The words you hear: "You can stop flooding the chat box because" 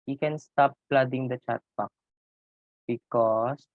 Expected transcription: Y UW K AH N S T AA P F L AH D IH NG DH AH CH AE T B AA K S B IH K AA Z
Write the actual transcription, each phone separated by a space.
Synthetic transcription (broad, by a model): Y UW K AH N S T AA P L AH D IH NG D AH CH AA T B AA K B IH K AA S